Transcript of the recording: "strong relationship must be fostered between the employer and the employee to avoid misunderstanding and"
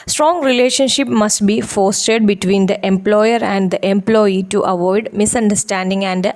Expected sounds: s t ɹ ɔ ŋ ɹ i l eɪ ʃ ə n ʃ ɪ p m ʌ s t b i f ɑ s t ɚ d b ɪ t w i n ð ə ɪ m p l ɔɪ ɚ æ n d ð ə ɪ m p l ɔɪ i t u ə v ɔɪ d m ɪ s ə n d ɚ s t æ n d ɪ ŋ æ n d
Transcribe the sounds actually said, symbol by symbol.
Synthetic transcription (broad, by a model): s t ɹ ɔ ŋ ɹ i l eɪ ʃ ə n ʃ ɪ p m ʌ s t b i f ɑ s t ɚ d b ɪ t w i n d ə ɪ m p l ɔɪ ɚ æ n d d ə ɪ m p l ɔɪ i t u ə v ɔɪ d m ɪ s ə n d ɚ s t æ n d ɪ ŋ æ n d